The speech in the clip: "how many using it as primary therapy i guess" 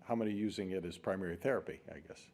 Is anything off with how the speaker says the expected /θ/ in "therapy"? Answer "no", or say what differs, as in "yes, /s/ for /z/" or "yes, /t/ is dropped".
no